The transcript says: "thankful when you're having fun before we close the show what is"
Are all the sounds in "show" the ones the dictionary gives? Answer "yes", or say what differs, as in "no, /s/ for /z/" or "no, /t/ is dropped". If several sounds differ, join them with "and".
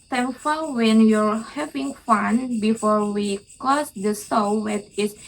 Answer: no, /s/ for /ʃ/